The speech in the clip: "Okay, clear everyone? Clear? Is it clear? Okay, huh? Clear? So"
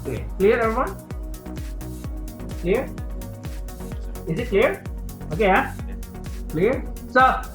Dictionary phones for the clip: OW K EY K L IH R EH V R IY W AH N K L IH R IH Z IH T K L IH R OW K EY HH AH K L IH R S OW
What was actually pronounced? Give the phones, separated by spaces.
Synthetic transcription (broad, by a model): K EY K L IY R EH R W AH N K L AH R IH Z IH T K L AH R OW K EY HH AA K L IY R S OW